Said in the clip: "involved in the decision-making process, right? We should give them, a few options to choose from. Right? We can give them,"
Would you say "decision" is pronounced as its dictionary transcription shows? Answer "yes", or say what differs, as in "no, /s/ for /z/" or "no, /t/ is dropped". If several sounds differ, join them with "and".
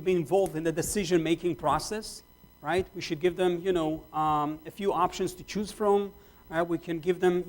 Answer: yes